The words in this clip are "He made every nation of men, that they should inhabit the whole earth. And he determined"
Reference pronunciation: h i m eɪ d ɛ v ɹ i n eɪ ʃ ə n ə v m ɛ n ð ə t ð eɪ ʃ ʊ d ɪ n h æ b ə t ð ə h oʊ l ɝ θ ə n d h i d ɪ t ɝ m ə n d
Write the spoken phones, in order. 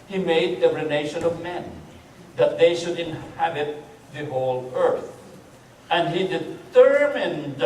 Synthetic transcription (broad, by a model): h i m eɪ d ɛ ɹ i n eɪ ʃ ə n ə v m ɛ n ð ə t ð eɪ ʃ ʊ d ɪ n h æ b ə t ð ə h oʊ l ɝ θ ə n d h i d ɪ t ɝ m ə n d